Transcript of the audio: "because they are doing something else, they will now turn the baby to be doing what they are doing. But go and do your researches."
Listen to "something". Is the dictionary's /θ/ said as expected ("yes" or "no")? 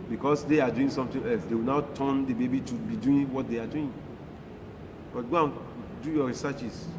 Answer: no